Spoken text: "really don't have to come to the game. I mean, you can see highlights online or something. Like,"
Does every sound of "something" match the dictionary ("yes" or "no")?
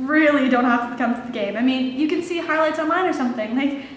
yes